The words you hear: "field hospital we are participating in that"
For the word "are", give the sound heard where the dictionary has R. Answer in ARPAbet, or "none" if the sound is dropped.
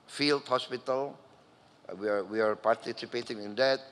W